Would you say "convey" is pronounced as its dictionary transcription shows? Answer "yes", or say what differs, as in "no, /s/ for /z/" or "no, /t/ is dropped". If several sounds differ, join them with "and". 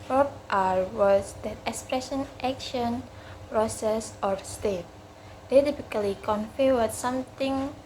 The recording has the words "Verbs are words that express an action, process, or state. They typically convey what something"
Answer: no, /f/ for /v/